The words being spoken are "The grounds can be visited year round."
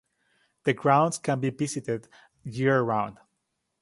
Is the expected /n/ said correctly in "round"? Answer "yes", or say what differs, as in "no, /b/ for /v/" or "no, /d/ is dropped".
yes